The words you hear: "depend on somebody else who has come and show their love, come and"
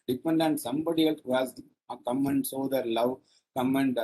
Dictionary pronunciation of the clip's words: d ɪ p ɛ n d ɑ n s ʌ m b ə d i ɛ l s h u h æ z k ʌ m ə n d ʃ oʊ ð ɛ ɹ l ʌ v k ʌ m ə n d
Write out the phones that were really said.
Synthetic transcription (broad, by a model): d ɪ p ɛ n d ɑ n s ʌ m b ə d i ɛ l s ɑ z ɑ k ʌ m ə n d s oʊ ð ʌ ɹ l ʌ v k ʌ m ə n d